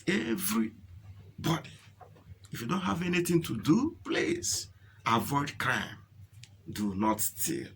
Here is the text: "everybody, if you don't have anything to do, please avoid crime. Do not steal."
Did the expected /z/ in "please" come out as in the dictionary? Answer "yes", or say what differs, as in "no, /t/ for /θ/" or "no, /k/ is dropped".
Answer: no, /s/ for /z/